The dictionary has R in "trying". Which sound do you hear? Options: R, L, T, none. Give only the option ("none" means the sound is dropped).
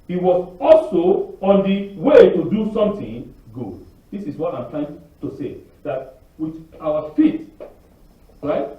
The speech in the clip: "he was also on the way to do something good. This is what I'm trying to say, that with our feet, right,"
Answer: L